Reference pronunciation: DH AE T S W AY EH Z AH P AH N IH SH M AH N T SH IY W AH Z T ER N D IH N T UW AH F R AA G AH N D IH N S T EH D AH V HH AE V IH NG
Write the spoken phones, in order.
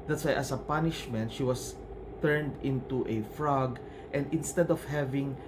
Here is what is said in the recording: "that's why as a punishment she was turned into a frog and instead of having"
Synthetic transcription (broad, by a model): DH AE T S W AY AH S AH P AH N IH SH M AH N T SH IY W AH S T ER N D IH N T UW AH F R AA G AH N D IH N S T EH D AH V HH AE V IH NG